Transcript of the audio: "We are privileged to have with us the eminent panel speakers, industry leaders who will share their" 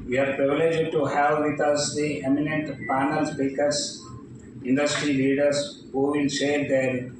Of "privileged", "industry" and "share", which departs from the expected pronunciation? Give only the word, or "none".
share